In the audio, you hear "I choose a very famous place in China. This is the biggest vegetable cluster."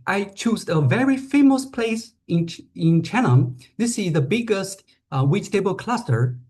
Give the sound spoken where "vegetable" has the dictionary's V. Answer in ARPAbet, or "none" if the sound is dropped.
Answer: W